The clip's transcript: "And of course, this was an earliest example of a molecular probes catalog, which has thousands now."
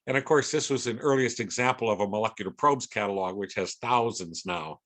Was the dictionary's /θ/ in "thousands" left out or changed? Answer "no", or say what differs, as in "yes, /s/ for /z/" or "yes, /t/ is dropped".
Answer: no